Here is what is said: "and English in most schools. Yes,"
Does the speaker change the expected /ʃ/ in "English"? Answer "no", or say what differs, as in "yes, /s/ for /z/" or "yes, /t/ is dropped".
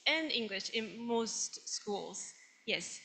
no